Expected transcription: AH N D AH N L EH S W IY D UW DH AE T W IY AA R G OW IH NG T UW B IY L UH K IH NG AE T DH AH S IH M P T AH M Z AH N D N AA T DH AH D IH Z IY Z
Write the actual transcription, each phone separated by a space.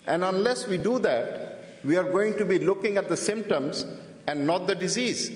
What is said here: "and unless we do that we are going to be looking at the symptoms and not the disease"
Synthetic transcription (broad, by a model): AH N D AH N L EH S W IY D UW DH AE T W IY AA R G OW IH NG T UW B IY L UH K IH NG AE T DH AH S IH M P T AH M Z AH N D N AA T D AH D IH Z IY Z